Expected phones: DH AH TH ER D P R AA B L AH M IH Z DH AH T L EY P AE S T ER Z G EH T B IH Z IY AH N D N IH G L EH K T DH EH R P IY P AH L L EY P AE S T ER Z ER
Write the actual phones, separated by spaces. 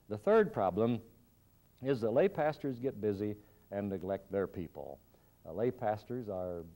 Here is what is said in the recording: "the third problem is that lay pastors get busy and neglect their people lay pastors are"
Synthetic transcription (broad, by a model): DH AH TH ER D P R AA B L AH M IH Z DH AH T L EY P AE S T ER Z G EH T B IH Z IY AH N N IH G L EH K T DH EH R P IY P AH L L EY P AE S T ER Z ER